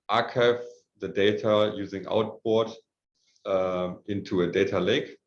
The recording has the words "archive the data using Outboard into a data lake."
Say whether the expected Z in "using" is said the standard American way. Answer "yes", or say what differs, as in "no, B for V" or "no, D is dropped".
yes